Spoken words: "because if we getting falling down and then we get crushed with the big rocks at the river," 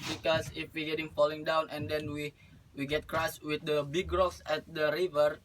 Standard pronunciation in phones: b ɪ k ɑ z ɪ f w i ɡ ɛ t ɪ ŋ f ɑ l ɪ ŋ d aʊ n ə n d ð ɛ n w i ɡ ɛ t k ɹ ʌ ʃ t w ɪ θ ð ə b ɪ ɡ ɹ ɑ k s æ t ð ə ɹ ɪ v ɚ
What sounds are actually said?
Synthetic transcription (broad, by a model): b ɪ k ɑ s ɪ f w i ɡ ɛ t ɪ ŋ f ɑ l ɪ ŋ d aʊ n ə n d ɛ n w i ɡ ɛ t k ɹ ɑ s w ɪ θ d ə b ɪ ɡ ɹ ɑ k s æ t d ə ɹ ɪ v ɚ